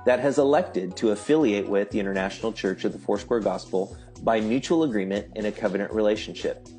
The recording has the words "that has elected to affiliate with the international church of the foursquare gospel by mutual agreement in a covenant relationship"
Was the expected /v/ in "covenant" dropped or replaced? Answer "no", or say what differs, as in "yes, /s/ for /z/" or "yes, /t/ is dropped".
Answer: no